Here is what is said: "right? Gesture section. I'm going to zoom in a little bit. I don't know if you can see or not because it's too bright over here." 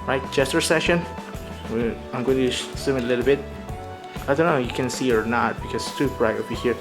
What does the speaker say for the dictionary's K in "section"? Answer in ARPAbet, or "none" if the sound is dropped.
none